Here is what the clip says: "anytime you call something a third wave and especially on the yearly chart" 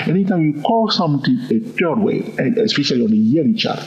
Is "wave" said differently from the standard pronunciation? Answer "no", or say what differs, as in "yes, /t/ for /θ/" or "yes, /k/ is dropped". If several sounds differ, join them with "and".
yes, /v/ is dropped